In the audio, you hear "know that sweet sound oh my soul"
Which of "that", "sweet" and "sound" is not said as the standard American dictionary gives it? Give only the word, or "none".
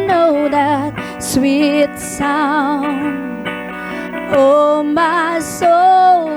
sound